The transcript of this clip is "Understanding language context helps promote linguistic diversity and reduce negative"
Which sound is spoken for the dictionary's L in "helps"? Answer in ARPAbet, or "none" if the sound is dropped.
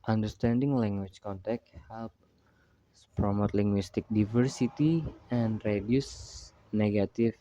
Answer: L